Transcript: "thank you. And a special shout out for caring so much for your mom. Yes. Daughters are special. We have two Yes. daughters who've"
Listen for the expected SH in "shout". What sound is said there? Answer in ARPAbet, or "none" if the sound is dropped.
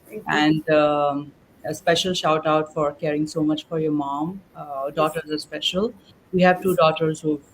SH